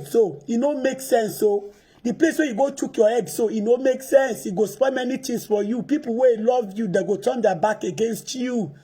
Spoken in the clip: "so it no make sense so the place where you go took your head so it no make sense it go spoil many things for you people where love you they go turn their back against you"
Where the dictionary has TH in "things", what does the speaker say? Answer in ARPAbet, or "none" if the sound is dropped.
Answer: T